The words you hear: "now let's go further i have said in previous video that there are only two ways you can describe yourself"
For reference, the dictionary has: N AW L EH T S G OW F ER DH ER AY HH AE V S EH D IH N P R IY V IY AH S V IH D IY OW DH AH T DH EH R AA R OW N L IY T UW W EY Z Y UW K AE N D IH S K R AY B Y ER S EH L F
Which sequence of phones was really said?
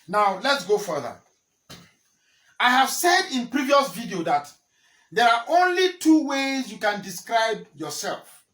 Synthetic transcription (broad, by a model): N AW L EH T S G OW F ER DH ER AY HH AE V S EH D IH N P R IY V IY AH S V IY D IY OW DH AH T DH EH R AA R OW N L IY T UW W EY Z Y UW K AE N D IH S K R AY B Y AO S EH L F